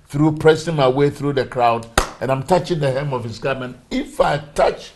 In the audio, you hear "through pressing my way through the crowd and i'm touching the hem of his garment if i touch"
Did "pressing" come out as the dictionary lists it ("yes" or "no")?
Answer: yes